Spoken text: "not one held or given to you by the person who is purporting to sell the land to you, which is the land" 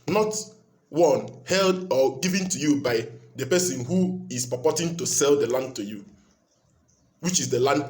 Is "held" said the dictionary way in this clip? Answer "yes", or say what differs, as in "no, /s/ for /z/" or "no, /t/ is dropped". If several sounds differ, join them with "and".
yes